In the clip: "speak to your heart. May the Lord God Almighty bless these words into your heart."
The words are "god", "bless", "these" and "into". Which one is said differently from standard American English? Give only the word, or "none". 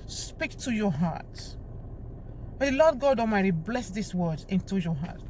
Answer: these